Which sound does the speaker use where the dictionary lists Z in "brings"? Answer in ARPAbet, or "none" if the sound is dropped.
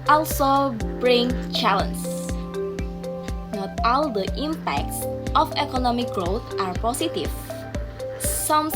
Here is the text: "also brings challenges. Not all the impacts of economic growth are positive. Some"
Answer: none